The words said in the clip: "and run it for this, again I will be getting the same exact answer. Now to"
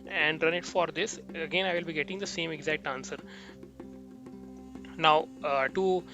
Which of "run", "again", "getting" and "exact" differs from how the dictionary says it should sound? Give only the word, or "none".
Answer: none